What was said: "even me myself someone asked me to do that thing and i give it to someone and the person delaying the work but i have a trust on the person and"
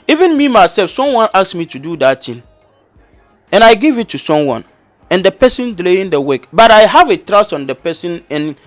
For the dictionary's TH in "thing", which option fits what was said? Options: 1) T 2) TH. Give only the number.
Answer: 1